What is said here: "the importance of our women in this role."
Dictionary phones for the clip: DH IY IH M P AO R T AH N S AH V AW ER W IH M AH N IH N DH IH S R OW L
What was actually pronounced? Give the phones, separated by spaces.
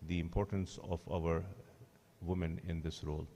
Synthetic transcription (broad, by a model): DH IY IH M P AO R T AH N S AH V AW ER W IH M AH N IH N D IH S R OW L